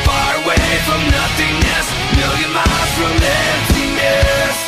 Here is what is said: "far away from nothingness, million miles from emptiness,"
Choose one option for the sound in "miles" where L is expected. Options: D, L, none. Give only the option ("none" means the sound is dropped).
none